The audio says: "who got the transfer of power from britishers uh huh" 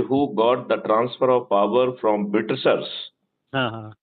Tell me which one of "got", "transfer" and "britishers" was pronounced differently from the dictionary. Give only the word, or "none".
britishers